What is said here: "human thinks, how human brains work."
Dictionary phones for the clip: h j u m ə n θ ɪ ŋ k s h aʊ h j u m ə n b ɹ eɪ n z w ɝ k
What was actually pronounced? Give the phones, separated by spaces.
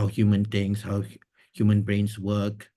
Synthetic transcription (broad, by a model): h j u m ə n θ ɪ ŋ s h aʊ h j u m ə n b ɹ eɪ n s w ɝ k